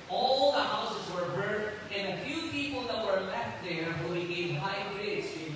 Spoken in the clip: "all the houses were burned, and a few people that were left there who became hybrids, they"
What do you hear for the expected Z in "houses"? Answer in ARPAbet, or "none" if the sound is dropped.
Z